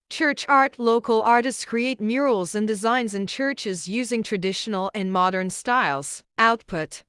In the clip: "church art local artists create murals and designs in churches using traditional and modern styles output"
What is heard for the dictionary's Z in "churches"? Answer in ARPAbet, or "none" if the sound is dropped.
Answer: Z